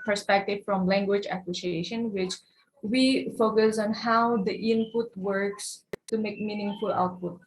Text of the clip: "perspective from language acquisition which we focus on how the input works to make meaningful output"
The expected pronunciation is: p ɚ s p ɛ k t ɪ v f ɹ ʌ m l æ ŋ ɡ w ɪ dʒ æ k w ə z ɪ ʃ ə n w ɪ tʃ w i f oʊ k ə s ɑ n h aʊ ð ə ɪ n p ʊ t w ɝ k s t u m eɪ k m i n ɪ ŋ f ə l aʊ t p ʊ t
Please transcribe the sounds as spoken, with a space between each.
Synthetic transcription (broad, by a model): p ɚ s p ɛ k t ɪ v f ɹ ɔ m l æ ŋ ɡ w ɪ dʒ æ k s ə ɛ ʃ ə n w ɪ tʃ w i f oʊ k ə s ɑ n h aʊ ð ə ɪ n p ʊ t w ɝ k s t u m eɪ k m i n ɪ ŋ f ə l aʊ t p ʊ t